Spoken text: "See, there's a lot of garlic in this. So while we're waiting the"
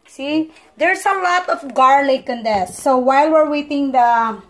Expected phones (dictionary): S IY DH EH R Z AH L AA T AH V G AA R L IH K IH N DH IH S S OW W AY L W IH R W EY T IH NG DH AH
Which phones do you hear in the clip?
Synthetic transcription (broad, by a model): S IY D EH R S AH L AA T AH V G AA R L IH K IH N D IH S S OW W AY L W IH R W EY T IH NG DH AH